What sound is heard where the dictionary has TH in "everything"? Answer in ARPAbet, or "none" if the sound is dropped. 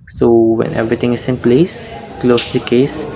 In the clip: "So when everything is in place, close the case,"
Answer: T